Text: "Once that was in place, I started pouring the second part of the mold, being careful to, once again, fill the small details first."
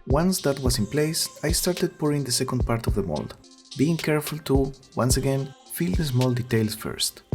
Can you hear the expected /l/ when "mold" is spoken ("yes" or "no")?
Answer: yes